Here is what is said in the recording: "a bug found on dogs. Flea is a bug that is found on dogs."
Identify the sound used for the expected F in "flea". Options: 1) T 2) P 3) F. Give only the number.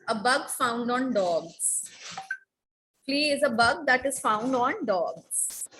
2